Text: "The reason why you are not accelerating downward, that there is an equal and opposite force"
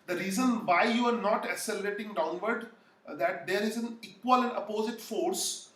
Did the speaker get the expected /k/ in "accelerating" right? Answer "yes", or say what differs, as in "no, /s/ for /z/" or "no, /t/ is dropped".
no, /k/ is dropped